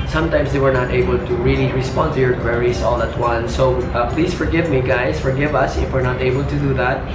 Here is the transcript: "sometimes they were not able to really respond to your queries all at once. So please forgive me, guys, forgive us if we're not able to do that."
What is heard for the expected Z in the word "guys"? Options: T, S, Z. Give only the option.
S